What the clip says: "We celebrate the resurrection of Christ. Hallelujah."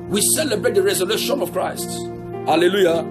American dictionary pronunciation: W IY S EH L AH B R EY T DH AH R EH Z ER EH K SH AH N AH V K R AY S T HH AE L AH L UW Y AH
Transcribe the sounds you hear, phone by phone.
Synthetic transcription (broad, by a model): W IY S EH L AH B R EY T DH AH R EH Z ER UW SH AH N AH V K R AY S T HH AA L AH L UW Y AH